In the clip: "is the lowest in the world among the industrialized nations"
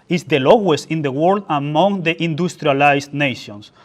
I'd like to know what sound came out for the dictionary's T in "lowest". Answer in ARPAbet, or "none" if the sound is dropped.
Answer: none